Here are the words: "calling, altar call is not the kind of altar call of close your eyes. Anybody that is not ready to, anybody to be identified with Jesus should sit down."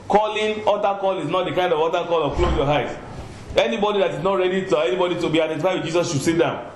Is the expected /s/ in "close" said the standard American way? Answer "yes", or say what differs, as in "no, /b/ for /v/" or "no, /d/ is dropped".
no, /s/ is dropped